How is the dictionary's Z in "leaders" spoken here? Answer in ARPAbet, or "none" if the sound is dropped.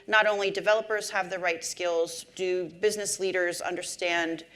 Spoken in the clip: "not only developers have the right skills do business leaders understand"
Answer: Z